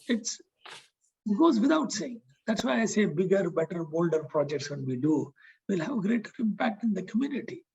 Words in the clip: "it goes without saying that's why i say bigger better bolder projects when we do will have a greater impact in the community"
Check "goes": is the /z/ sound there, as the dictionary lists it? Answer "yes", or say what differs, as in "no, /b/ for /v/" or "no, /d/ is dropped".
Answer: yes